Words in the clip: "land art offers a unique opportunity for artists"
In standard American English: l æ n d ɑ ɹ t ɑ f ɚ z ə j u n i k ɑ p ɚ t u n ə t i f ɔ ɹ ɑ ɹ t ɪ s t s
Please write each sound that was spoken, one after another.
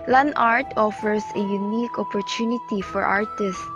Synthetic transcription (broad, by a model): l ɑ n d ɑ ɹ t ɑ f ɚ s ə j u n i k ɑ p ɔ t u n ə t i f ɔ ɹ ɑ ɹ t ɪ s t